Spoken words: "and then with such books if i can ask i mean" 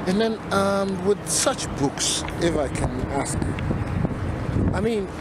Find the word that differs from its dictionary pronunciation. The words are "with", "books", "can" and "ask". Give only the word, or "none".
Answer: none